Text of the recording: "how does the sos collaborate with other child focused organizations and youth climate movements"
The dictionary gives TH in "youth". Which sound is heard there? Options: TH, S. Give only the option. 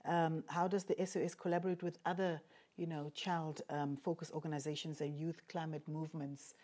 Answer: TH